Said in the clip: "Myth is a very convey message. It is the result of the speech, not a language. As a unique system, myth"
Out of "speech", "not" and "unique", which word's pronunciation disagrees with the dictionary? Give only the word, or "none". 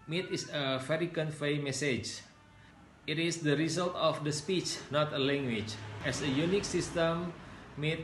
none